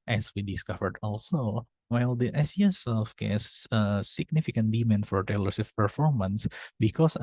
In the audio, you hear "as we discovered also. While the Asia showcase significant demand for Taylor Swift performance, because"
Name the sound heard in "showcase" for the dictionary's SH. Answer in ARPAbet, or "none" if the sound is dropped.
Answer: S